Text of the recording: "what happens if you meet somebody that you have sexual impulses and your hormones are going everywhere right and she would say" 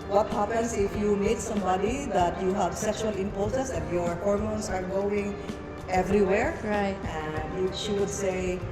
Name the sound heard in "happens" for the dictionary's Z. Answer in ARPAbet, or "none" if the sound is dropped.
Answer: S